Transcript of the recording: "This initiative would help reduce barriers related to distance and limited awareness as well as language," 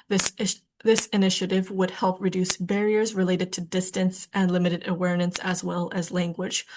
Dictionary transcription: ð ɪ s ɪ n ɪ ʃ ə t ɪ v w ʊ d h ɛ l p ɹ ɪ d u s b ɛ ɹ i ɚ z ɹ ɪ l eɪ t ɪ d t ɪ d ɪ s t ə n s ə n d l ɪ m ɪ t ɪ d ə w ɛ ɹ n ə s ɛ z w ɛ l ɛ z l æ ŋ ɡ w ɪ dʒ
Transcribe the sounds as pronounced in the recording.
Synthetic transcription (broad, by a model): ð ɪ s ɪ n ɪ ʃ ə t ɪ v w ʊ d h ɛ l p ɹ ɪ d u s b ɛ ɹ i ɚ z ɹ ɪ l eɪ t ɪ d t ɪ d ɪ s t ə n s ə n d l ɪ m ɪ t ɪ d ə w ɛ ɹ n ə s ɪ z w ɛ l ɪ z l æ ŋ ɡ w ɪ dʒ